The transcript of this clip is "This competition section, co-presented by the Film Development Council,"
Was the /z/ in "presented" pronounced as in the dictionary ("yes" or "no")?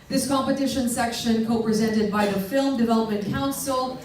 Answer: yes